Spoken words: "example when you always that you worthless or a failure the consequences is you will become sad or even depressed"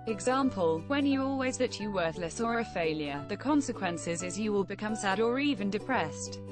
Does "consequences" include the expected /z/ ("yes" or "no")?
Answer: yes